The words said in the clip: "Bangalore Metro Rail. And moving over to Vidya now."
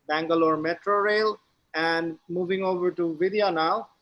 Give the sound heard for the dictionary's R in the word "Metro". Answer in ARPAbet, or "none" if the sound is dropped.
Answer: R